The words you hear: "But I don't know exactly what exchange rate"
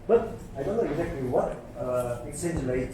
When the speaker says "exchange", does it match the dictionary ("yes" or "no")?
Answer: no